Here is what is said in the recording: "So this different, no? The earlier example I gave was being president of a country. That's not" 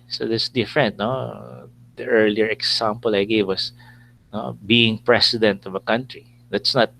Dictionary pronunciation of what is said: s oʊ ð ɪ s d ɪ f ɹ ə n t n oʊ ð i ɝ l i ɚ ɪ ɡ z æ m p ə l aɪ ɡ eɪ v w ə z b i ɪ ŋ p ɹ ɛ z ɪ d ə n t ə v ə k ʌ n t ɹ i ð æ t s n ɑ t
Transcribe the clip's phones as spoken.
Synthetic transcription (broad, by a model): s oʊ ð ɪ s d ɪ f ɹ ə n t n oʊ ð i ɝ l i ɚ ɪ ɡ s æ m p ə l aɪ ɡ eɪ v w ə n b i ɪ ŋ p ɹ ɛ s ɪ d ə n t ə v ə k ʌ n t ɹ i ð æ t s n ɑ t